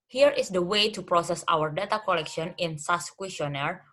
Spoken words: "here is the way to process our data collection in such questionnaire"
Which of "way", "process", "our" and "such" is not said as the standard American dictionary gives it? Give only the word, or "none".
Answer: such